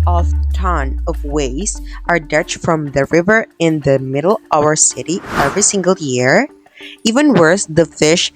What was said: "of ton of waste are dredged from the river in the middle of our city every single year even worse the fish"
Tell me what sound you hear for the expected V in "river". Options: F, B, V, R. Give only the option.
V